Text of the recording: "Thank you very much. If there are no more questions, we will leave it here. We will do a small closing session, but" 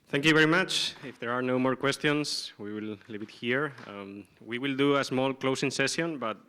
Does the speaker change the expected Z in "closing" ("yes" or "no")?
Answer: yes